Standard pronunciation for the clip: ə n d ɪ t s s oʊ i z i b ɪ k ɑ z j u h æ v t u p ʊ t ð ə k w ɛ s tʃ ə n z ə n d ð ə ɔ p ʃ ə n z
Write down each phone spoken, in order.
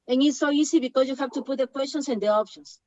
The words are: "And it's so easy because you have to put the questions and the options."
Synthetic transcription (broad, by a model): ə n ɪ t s s oʊ i s i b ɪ k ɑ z j u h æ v t u p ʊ t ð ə k w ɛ s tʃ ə n s ə n d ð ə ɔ p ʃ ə n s